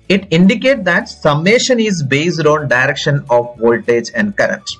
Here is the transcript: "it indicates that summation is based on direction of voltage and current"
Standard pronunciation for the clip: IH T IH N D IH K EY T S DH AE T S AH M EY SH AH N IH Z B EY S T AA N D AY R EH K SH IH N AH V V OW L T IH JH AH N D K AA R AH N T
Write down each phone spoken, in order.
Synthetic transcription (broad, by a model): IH T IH N D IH K EY T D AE T S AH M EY SH AH N IH Z B EY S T AA N D AY R EH K SH IH N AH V V OW L T IH JH AH N D K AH R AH N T